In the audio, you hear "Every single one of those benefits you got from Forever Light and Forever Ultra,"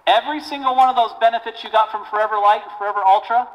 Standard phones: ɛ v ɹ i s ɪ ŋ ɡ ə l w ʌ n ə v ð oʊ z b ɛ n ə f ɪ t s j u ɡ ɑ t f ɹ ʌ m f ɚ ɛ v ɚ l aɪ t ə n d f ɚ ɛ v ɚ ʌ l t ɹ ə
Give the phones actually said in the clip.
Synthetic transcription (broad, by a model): ɛ v ɹ i s ɪ ŋ ɡ l w ʌ n ə v ð oʊ z b ɛ n ə f ɪ t s j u ɡ ɑ t f ɹ ʌ m f ɚ ɛ v ɚ l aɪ ə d f ɚ ɛ v ɚ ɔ l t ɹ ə